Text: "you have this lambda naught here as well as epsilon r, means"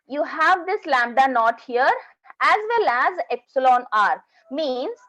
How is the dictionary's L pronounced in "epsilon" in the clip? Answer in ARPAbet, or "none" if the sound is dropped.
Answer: L